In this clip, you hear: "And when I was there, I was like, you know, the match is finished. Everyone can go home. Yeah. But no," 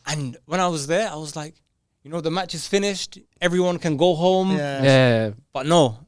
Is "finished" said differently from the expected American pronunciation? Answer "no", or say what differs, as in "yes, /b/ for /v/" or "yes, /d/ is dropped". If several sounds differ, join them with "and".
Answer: no